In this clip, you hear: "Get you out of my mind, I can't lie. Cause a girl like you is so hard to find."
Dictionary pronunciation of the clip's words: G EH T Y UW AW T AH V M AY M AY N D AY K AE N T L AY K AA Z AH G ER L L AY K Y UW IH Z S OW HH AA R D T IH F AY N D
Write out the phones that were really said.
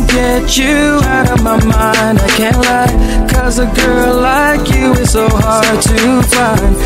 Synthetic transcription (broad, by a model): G EH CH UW AW T AH V M AY M AY N D AY K AE N T L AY K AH Z AH G ER L L AY K Y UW IH Z S OW HH AA R D T IH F AY N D